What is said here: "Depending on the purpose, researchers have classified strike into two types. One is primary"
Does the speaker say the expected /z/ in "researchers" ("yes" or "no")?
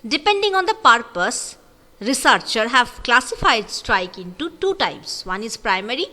no